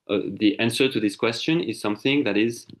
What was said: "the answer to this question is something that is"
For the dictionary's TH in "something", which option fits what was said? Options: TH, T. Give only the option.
TH